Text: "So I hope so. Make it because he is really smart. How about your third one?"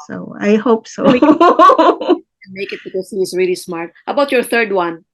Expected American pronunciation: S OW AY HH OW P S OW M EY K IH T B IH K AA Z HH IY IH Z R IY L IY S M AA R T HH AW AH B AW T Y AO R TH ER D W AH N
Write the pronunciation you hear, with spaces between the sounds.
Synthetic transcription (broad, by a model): S OW AY HH OW P S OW M EY K IH T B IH K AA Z HH IY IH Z R IY L IY S M AA R T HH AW AH B AW T Y AO R TH ER D W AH N